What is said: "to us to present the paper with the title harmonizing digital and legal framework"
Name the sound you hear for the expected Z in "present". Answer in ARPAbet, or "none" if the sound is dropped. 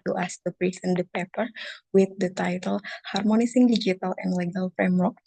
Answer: S